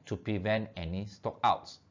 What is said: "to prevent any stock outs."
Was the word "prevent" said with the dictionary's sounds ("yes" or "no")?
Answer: yes